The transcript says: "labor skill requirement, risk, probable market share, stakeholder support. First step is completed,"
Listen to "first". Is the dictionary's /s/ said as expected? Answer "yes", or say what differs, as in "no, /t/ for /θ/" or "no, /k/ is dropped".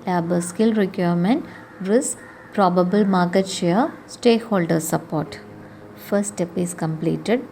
no, /s/ is dropped